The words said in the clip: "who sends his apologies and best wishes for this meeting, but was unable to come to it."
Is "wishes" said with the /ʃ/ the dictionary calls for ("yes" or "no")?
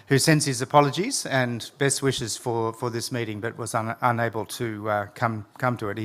yes